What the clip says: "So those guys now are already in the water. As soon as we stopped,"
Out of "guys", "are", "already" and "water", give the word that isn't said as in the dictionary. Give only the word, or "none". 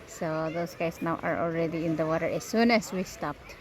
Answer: guys